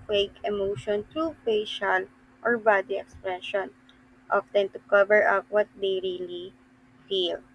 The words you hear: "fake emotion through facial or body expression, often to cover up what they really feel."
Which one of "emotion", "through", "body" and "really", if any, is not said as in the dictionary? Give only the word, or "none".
through